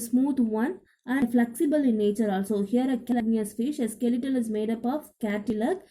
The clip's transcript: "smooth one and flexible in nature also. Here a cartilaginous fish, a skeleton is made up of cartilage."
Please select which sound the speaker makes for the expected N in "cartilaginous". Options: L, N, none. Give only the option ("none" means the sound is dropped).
none